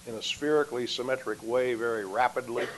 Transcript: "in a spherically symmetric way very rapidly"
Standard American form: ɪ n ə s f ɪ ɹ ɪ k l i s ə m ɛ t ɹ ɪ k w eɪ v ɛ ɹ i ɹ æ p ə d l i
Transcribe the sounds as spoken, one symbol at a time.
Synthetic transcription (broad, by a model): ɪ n ə s f ɪ ɹ ɪ k l i s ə m ɛ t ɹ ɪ k w eɪ v ɛ ɹ i ɹ æ p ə d l i